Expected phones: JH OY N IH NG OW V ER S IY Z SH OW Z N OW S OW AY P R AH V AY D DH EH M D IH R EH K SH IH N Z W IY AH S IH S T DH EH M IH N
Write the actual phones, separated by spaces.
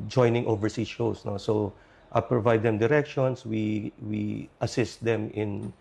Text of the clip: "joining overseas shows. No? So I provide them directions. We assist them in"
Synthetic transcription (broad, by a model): JH OY N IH NG OW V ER S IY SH OW S N OW S OW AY P R AH V AY D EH M D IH R EH K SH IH N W W IY AH S IH S T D EH M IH N